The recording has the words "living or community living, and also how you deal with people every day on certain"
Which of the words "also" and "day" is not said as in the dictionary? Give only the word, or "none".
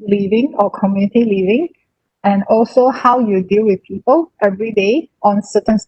none